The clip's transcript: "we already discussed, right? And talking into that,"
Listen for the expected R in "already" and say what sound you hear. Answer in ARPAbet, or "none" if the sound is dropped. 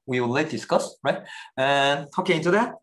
L